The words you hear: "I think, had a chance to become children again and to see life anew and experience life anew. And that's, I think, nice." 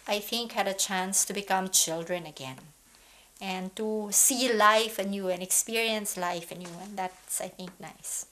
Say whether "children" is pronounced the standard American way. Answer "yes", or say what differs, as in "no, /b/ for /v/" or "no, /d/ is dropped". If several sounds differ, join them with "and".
yes